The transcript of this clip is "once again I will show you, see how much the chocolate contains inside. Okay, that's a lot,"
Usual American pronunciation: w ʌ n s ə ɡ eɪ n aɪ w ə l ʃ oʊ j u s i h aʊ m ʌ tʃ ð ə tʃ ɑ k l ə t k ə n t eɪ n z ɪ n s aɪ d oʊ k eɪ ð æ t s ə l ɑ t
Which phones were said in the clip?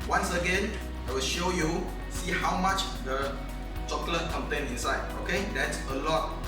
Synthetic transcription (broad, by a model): w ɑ n s ə ɡ eɪ n aɪ w ə l ʃ oʊ j u s i h aʊ m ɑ tʃ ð ə tʃ ɑ k l ə t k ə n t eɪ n ɪ n s aɪ d oʊ k eɪ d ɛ t s ə l ɑ t